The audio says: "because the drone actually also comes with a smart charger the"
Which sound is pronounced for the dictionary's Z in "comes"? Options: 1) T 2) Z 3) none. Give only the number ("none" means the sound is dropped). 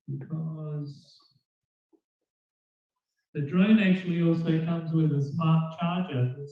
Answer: 2